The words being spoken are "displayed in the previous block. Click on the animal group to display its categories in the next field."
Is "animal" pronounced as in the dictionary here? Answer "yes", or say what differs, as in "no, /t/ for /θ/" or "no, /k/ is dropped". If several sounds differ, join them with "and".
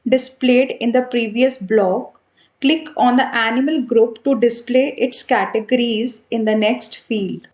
yes